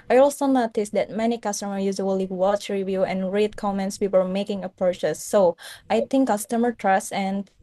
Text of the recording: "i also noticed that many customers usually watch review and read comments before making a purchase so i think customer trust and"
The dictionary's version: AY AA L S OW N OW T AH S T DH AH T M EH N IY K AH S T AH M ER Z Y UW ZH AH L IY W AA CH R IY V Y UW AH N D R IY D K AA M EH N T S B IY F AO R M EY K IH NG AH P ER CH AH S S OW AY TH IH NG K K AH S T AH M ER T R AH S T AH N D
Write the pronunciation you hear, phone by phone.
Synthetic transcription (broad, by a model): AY AA L S OW N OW T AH S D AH T M EH N IY K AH S T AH M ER Y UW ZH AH L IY W AA CH R IY V Y UW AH N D R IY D K AA M EH N T S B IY P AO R M EY K IH NG AH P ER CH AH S S OW AY T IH NG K K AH S T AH M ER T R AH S AH N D